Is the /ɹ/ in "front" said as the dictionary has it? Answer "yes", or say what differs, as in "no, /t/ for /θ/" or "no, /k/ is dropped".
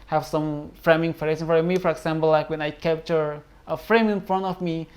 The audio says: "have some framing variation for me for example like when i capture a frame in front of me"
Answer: yes